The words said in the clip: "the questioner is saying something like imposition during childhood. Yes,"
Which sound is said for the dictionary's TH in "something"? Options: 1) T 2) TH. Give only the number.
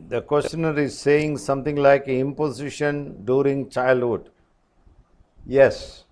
1